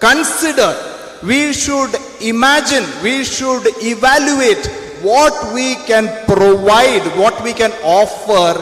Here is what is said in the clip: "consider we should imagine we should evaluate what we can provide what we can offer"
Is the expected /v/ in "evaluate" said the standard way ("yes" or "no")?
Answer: yes